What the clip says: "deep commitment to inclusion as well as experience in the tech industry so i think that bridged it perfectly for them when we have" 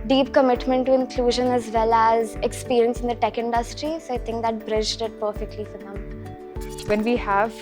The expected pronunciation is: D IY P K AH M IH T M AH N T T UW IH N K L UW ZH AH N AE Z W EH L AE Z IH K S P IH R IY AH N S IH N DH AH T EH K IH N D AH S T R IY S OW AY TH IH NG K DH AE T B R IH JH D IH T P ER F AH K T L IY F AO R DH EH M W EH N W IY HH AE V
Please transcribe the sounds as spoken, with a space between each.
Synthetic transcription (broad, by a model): D IY P K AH M IH T M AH N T T UW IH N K L UW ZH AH N AE Z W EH L AE Z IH K S P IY R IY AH N S IH N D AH T EH K IH N D AH S T R IY S OW AY T IH NG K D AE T B R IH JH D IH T P ER F AH K T L IY F AO R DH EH M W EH N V IY HH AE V